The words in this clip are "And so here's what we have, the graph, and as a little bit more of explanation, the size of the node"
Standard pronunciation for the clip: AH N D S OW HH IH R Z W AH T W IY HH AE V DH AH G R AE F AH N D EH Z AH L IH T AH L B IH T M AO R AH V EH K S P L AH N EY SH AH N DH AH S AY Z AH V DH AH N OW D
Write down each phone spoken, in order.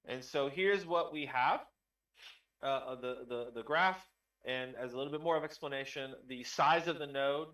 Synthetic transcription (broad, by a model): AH N S OW HH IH R Z W AH T W IY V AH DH DH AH G R AE F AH N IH Z AH L IH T L B IH T M AO R AH V EH K S P L AH N EY SH AH N DH AH S AY Z AH V DH AH N OW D